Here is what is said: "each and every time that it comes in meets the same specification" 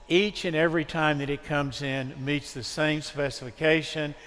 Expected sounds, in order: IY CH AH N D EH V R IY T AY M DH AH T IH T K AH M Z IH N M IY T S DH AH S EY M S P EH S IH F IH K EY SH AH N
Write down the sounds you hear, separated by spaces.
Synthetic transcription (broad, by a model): IY CH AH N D EH V R IY T AY M DH AH T IH T K AH M Z IH N M IY T S DH AH S EY M S P EH S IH F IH K EY SH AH N